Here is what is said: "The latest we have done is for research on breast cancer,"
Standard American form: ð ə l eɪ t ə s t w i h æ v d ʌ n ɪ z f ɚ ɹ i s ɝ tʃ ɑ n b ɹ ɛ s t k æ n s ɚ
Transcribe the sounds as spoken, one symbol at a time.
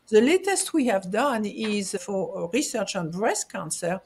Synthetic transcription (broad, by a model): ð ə l eɪ t ə s t w i h æ v d ʌ n ɪ z f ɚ ɹ i s ɝ tʃ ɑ n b ɹ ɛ s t k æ n s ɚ